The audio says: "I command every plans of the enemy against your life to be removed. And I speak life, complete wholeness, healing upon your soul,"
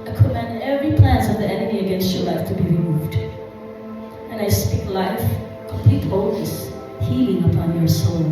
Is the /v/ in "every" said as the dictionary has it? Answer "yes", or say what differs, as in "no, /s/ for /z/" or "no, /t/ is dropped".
yes